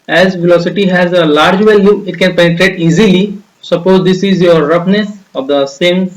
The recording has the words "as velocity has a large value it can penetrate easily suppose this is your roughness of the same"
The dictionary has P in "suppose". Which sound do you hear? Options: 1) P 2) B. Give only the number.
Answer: 1